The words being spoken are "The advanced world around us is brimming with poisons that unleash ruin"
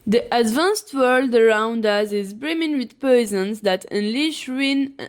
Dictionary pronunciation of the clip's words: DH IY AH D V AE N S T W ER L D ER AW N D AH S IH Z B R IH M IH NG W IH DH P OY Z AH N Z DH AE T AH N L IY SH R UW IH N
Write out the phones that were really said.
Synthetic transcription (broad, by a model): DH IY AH D V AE N S T W ER L D ER AW N D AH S IH Z B R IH M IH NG W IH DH P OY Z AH N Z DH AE T AH N L IY SH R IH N